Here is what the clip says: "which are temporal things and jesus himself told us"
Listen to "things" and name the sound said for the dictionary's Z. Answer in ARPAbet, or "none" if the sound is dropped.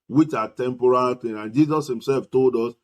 none